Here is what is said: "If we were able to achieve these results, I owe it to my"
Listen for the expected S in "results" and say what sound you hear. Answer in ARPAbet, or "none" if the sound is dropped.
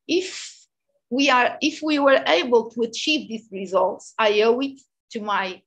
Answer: S